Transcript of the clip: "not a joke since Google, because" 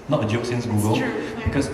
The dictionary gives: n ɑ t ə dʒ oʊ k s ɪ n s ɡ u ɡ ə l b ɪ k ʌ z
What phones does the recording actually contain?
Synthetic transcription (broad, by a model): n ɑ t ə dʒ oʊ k s ɪ n s ɡ u ɡ ə l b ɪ k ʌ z